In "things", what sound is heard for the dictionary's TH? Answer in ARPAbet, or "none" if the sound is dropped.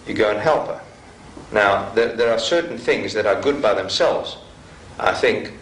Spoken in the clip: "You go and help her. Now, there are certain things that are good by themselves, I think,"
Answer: TH